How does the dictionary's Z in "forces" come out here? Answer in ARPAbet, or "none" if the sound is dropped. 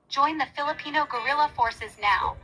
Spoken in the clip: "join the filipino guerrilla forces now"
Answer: Z